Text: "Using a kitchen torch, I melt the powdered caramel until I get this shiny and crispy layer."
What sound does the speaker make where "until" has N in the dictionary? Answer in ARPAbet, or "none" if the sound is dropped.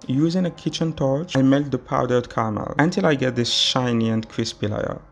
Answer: N